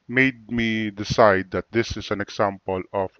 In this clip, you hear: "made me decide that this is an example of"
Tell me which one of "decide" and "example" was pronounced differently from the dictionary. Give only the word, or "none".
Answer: example